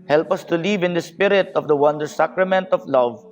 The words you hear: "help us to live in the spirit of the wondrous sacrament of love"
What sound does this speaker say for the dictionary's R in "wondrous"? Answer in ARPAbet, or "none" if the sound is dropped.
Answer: none